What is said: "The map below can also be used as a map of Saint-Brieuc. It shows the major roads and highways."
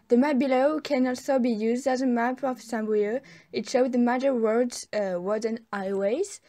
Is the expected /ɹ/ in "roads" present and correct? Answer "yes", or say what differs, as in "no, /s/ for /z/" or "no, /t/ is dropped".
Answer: no, /w/ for /ɹ/